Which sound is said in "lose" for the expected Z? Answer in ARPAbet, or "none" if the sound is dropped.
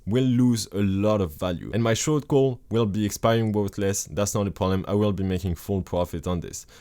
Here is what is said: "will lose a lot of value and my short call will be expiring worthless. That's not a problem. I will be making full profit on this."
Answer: Z